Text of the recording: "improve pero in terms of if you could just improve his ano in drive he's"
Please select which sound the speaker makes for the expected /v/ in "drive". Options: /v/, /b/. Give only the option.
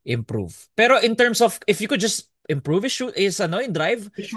/v/